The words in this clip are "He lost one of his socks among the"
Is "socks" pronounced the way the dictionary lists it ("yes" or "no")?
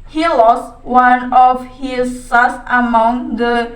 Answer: no